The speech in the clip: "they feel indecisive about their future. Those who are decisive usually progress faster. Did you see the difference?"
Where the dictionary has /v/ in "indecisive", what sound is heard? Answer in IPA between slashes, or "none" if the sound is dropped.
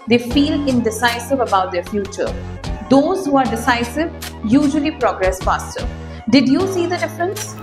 /v/